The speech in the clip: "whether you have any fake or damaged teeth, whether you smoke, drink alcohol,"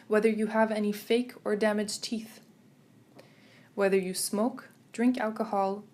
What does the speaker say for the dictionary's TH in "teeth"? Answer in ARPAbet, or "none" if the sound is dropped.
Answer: TH